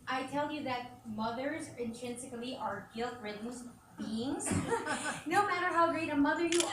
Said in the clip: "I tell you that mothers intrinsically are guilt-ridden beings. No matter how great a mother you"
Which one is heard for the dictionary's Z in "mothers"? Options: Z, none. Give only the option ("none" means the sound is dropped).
Z